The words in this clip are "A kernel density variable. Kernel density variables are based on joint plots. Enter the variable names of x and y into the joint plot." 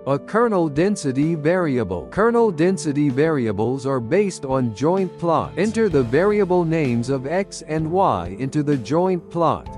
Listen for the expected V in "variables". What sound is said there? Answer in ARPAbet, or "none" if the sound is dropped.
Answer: V